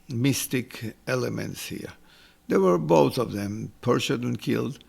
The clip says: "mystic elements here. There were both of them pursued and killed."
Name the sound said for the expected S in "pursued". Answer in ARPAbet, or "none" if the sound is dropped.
SH